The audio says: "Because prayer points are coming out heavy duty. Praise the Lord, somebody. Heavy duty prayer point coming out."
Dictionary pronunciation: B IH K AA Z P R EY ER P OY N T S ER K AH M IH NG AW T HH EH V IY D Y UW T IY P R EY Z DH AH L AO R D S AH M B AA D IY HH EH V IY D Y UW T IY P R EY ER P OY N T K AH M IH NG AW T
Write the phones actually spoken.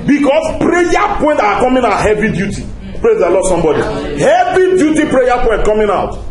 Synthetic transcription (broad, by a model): B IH K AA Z P R EY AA P OY N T AA K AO M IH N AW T HH EH V IY D Y UW T IY P R EY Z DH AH L AO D S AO M B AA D IY HH EH V IY D Y UW T IY P R EY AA P OY N T K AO M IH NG AW T